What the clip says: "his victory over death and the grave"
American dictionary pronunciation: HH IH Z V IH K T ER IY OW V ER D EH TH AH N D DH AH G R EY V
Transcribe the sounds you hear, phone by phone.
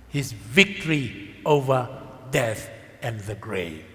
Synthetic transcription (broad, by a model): HH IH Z V IH K T ER IY OW V ER D EH TH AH N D DH AH G R EY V